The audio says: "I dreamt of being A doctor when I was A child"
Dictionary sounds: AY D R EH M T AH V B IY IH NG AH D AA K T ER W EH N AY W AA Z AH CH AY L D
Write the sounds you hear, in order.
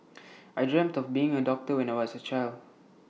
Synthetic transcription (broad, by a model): AY D R EH M T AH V B IY IH NG AH D AA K T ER W EH N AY W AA S AH CH AY L D